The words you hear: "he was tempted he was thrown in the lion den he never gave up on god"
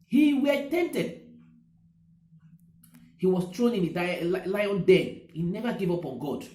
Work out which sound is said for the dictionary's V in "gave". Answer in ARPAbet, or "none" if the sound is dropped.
V